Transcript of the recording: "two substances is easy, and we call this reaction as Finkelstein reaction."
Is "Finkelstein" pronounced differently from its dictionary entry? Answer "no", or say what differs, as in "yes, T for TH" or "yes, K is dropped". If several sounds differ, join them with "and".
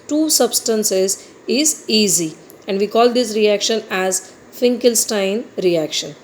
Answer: no